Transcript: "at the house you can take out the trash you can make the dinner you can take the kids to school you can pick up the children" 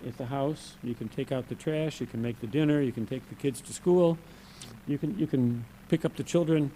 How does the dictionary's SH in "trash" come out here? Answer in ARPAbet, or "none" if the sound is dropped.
SH